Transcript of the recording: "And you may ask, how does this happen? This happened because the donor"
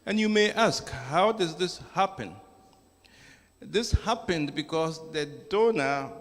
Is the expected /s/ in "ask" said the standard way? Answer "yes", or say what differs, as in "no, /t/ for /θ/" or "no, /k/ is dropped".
yes